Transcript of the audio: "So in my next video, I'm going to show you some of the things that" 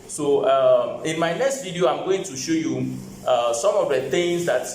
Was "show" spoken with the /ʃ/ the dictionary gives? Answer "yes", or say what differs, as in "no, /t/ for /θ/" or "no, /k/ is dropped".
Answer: yes